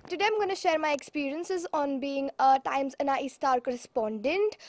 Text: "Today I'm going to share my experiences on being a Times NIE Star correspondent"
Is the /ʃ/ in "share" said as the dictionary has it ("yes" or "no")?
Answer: yes